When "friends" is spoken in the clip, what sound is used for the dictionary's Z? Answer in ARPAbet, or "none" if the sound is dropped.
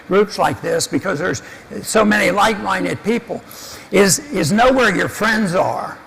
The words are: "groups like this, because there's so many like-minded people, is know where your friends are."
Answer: Z